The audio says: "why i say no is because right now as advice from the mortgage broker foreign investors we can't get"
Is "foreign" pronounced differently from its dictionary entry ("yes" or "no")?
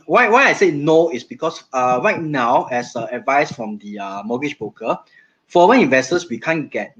yes